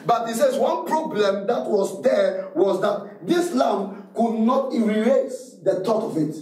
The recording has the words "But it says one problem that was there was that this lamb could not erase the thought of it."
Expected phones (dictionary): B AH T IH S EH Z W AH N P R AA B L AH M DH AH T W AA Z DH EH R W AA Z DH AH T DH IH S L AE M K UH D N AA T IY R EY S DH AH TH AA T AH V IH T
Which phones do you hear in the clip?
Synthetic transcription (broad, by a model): B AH T IH S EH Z W AH N P R AA B L AH M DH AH T W AA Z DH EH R W AA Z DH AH T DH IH S L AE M K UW D N AA T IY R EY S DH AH T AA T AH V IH T